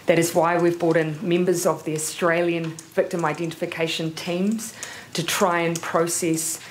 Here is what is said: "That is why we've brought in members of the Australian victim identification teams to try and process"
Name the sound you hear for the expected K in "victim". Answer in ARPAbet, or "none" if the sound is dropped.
K